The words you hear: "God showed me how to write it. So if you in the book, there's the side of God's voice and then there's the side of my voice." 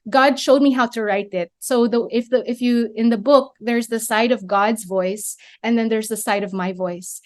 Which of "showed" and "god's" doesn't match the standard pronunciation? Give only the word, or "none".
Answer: none